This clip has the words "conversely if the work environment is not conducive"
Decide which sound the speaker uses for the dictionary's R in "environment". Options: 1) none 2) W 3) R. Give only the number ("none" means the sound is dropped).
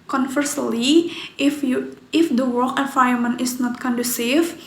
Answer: 1